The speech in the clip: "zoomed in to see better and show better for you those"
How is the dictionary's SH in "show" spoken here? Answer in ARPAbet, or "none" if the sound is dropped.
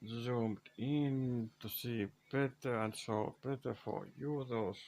S